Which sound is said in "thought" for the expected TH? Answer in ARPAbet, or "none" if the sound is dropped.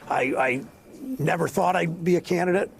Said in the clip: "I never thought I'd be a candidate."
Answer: TH